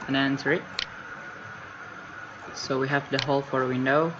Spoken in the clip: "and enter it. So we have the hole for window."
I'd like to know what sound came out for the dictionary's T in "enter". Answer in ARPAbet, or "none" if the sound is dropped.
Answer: S